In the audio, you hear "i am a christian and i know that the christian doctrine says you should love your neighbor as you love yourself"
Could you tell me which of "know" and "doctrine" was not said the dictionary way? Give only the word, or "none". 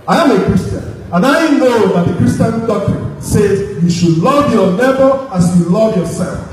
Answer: doctrine